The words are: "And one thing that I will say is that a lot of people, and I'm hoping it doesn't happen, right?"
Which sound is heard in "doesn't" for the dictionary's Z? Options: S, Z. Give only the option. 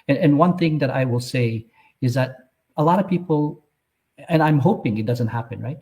Z